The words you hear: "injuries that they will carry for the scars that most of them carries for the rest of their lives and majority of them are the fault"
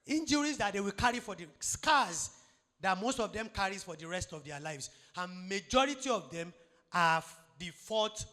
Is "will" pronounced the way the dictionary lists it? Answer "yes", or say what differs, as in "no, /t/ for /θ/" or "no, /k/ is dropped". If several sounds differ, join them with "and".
yes